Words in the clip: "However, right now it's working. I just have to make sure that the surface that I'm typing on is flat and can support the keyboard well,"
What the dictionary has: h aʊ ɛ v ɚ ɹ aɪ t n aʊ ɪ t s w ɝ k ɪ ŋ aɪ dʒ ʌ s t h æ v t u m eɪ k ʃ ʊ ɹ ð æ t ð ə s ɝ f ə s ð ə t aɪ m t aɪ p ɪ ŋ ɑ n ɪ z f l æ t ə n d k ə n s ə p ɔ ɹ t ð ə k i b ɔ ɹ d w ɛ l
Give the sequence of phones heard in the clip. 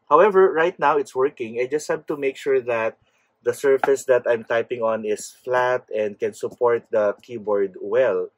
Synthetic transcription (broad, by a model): h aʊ ɛ v ɚ ɹ aɪ t n aʊ ɪ t s w ɝ k ɪ ŋ aɪ dʒ ʌ s t h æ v t u m eɪ k ʃ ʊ ɹ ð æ t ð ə s ɝ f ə s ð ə t aɪ m t aɪ p ɪ ŋ ɑ n ɪ s f l æ t ə n d k ə n s ə p ɔ ɹ t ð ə k i b ɔ ɹ d w ɛ l